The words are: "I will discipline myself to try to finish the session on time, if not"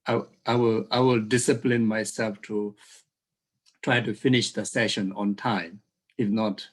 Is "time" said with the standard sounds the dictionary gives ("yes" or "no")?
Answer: yes